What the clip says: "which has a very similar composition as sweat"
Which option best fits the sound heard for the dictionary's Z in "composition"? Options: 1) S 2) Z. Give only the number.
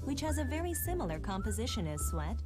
2